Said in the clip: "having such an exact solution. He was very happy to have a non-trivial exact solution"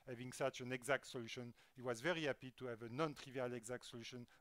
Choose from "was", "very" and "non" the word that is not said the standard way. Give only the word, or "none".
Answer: none